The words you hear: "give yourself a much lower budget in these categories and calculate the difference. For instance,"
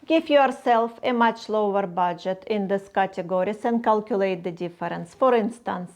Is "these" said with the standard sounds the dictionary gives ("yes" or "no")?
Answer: no